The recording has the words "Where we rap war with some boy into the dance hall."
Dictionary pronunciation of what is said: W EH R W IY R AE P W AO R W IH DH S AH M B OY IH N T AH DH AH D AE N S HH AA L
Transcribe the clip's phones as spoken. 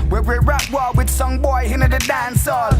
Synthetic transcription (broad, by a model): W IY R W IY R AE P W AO L W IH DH S AH M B OY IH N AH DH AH D AE N S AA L